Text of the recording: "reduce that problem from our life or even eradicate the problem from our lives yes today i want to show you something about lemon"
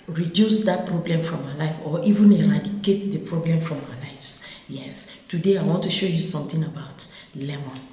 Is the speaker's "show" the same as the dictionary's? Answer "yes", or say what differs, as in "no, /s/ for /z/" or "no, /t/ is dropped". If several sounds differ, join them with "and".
yes